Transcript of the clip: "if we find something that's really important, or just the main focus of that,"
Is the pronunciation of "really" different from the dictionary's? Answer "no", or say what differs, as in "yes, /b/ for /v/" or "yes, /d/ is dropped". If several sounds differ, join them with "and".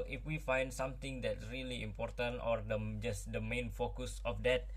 no